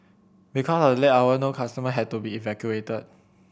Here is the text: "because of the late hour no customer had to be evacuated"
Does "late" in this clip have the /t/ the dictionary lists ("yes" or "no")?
no